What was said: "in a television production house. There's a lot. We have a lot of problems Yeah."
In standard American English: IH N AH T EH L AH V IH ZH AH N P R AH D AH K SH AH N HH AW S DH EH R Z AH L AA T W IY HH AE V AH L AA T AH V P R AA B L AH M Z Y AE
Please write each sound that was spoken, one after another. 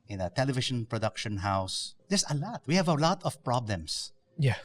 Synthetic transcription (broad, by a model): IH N AH T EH L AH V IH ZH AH N P R AH D AH K SH AH N HH AW S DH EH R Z AH L AA T W IY HH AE V AH L AA T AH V P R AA B L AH M S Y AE